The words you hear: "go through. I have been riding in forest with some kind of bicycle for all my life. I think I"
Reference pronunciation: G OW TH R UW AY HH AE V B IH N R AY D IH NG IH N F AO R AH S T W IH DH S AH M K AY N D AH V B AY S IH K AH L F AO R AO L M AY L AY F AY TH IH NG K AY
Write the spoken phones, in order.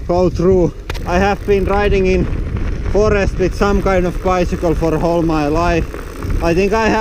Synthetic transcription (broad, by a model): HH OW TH R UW AY HH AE V B IH N R AY D IH NG IH N F AO R AH S T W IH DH S AH M K AY N D AH V B AY S IH K AH L F AO R AO L M AY L AY F AY TH IH NG K AY